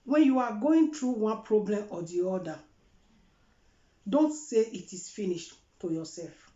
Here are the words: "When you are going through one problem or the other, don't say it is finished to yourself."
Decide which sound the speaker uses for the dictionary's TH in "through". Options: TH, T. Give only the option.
T